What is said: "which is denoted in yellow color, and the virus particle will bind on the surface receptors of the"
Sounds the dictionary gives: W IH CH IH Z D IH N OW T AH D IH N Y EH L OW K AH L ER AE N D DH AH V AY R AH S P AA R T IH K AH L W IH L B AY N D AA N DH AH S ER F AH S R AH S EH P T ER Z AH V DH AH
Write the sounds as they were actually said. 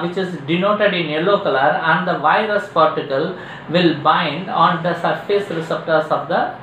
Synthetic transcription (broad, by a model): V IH CH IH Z D IH N OW T AH D IH N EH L OW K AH L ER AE N D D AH V AY R AH S P AA R T IH K AH L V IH L B AY N D AA N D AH S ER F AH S R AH S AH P T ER S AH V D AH